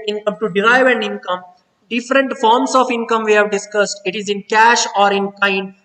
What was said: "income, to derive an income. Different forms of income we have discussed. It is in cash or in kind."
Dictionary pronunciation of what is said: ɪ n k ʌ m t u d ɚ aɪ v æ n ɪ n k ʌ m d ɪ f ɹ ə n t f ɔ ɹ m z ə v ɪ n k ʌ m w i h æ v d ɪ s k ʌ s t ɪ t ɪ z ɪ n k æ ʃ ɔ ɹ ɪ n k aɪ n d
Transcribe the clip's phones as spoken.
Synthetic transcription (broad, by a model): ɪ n k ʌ m t u d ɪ aɪ v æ n ɪ n k ʌ m d ɪ f ɹ ə n t f ɔ ɹ m s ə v ɪ n k ʌ m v i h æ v d ɪ s k ʌ s t ɪ t ɪ z ɪ n k æ ʃ ɔ ɹ ɪ n k aɪ n d